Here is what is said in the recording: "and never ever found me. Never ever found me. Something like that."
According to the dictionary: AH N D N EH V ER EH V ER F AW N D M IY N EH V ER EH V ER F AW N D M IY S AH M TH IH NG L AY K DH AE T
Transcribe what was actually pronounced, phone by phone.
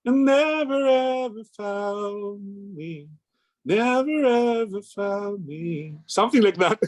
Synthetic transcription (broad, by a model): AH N N EH V ER EH V ER F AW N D M IY N EH V ER EH V ER F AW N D M IY S AH M TH IH NG L AY K DH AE T